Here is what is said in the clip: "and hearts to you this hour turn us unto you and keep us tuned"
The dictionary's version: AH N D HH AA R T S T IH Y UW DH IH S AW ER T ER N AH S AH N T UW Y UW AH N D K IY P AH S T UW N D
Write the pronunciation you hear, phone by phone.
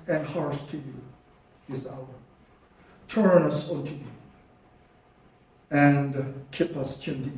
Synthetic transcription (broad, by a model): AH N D HH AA R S T IH Y UW DH IH S AW ER T ER N AH S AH T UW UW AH N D K IY P AH S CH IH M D